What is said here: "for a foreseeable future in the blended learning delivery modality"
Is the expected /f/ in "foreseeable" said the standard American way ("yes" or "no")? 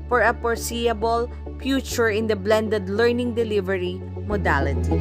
no